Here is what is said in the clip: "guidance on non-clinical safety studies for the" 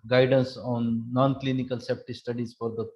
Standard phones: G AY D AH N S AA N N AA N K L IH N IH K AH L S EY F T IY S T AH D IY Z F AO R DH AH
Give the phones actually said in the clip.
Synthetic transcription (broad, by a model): G AY D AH N S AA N N AA N K L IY N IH K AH L S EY P T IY S T AH D IY Z F AO R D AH